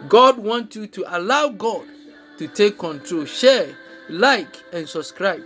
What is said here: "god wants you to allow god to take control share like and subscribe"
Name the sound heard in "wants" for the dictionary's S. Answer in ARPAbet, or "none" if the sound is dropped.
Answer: none